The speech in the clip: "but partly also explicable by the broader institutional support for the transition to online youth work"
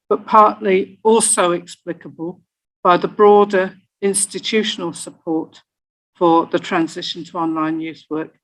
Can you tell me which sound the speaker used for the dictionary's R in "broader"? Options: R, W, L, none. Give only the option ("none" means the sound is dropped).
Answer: R